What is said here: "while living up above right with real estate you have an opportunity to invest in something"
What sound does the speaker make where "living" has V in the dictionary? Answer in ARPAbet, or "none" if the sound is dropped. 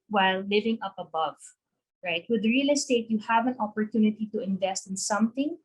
V